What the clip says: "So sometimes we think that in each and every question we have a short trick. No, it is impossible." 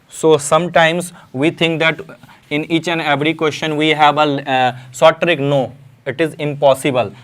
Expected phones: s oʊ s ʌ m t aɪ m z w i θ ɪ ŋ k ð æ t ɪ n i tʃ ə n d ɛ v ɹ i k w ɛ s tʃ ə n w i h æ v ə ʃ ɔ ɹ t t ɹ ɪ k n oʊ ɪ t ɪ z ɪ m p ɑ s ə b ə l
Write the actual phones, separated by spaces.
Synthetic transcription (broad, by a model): s oʊ s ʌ m t aɪ m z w i t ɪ ŋ k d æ t ɪ n i tʃ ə n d ɛ v ɹ i k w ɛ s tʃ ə n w i h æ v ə s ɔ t t ɹ ɪ k n oʊ ɪ t ɪ z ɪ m p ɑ s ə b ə l